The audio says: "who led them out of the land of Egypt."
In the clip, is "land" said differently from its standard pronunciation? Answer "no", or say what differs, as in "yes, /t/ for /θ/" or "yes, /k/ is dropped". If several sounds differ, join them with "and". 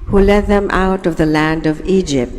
no